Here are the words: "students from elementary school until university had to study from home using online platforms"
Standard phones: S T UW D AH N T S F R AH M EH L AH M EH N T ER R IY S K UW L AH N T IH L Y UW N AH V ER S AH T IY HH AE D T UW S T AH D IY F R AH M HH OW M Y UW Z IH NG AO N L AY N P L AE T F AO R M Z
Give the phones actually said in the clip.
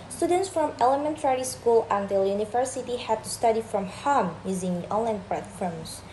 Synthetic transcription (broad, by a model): S T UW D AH N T S F R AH M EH L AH M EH N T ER R IY S K UW L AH N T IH L Y UW N AH V ER S AH T IY HH AE D T UW S T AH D IY F R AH M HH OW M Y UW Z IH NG AO N L AY N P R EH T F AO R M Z